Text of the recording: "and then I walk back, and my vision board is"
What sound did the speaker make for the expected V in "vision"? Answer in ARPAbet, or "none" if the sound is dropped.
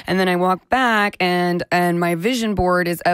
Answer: V